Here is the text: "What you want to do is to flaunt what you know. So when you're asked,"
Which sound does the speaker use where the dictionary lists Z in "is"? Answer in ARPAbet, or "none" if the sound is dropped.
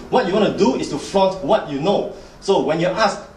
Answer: S